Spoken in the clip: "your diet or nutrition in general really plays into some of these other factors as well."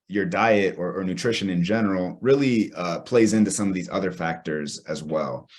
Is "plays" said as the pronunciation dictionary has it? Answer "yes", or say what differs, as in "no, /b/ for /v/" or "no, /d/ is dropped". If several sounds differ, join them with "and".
yes